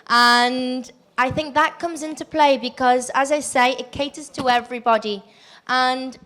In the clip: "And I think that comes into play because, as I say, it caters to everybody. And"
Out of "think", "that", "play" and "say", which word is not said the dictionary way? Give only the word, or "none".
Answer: none